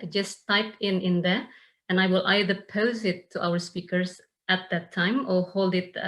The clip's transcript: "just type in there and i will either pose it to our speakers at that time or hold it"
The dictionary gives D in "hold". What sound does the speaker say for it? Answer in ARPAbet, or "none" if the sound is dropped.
D